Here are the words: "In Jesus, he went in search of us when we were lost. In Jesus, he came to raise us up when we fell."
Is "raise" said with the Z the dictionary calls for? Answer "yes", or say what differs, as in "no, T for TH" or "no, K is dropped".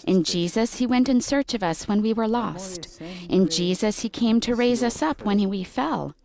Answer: yes